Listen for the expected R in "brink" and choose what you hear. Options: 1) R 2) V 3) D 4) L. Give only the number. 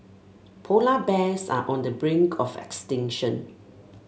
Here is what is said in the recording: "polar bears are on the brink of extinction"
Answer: 1